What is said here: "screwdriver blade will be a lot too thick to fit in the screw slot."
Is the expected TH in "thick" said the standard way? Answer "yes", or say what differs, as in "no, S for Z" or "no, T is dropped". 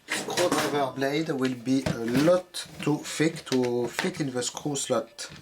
no, F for TH